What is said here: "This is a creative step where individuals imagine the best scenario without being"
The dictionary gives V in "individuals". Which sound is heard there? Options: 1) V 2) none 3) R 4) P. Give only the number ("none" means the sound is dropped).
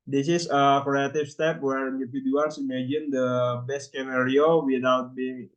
4